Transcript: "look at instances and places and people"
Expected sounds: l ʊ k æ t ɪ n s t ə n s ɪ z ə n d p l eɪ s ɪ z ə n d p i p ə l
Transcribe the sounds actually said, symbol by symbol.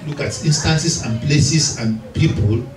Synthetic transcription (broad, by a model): l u k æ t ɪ n s t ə n s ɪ s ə n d p l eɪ s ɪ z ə n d p i p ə l